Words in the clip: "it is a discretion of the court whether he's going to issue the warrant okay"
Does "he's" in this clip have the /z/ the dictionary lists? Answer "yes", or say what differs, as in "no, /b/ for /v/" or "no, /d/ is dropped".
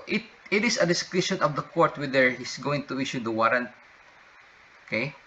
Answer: no, /s/ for /z/